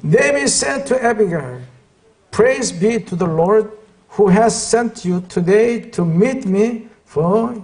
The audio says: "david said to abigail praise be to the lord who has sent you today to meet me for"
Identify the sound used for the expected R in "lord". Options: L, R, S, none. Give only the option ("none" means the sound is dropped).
R